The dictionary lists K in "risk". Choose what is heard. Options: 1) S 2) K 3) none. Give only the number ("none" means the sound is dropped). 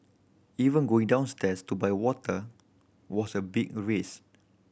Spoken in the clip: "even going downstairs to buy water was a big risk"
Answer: 3